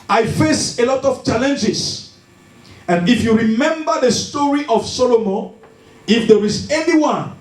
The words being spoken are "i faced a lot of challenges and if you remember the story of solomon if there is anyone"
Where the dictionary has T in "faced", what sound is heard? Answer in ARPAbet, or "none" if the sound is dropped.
none